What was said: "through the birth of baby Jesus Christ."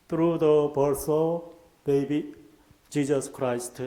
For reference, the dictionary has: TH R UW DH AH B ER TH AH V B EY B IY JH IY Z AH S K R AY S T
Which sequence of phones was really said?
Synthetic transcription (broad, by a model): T R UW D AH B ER S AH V B EY B IY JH IY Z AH S K R AY S T